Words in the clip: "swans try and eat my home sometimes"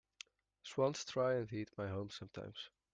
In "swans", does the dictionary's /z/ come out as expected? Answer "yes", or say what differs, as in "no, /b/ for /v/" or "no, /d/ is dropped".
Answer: no, /s/ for /z/